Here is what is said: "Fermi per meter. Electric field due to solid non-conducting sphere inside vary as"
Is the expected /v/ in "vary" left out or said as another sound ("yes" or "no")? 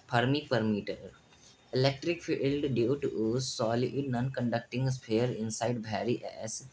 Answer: yes